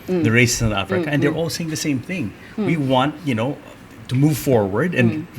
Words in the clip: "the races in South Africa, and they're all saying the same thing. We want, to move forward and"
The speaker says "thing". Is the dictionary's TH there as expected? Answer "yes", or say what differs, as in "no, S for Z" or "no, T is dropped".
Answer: yes